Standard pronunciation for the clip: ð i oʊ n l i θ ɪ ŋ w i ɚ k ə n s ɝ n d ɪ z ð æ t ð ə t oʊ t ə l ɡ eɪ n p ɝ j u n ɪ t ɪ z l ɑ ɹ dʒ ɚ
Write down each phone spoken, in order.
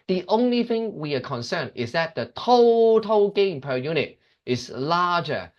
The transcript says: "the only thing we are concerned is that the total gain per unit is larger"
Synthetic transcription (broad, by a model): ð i oʊ n l i θ ɪ ŋ w i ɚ k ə n s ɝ n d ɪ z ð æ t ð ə t oʊ t ə l ɡ eɪ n p ɝ j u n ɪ t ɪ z l ɑ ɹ dʒ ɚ